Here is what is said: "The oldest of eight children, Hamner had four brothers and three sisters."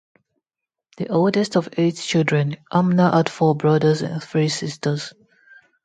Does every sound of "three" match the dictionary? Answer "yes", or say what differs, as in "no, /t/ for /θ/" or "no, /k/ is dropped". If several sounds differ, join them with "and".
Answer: yes